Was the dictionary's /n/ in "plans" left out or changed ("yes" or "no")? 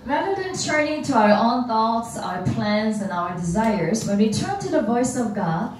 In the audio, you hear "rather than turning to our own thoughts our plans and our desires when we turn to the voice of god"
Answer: no